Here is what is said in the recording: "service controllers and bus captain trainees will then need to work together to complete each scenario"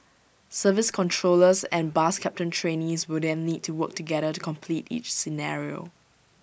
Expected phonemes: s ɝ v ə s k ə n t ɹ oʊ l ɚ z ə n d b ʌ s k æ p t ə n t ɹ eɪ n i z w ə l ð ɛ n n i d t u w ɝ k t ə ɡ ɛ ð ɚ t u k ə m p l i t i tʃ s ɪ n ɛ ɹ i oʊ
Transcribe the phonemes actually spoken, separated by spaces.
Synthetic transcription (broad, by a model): s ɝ v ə s k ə n t ɹ oʊ l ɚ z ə n b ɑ s k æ p t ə n t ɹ eɪ n i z w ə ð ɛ n l i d t u w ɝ k t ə ɡ ɛ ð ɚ t u k ə m p l i t i tʃ s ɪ n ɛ ɹ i oʊ